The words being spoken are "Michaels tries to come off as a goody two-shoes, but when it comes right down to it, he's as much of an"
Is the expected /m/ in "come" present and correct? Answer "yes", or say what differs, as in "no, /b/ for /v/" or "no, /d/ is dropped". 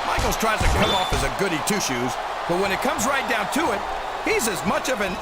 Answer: no, /m/ is dropped